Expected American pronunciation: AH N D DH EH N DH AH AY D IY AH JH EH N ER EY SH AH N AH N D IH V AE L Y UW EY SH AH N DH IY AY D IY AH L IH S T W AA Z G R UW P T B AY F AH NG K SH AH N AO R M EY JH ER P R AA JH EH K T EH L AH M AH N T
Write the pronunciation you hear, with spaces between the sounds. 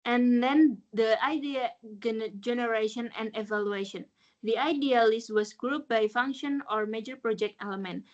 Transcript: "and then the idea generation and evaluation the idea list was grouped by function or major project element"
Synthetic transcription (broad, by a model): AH N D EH N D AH AY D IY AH JH EH N ER EY SH AH N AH N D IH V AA L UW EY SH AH N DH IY AY D IY AH L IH S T W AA S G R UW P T B AY F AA NG K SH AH N AO R M EY JH ER P R AA JH EH K T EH L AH M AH N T